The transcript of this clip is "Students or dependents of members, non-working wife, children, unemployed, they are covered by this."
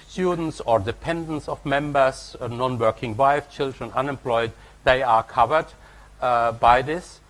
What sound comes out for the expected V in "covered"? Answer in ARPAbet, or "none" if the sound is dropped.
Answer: V